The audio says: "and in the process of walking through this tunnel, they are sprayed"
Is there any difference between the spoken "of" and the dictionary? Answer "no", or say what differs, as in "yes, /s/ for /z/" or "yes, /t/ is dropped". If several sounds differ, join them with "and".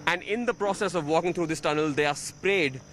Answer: no